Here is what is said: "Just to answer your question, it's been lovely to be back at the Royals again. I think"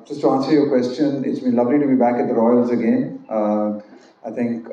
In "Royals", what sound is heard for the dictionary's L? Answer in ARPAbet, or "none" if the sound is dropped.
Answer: L